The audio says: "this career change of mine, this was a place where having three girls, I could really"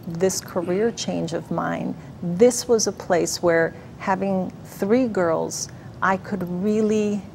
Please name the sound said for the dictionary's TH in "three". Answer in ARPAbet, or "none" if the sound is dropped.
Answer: TH